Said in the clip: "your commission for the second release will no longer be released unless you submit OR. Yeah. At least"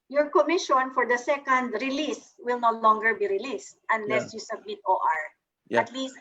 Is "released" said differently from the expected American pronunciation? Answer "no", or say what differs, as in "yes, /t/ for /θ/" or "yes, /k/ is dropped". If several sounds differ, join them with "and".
no